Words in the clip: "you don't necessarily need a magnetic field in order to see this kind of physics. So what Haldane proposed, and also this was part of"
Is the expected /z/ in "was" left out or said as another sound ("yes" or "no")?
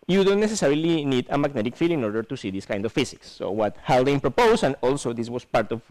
yes